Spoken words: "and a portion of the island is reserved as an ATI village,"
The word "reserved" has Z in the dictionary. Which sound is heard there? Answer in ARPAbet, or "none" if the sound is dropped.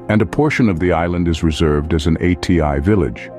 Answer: Z